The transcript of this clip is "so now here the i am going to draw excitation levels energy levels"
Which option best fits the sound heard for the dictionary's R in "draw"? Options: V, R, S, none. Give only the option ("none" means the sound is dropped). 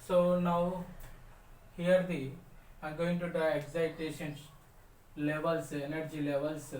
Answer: none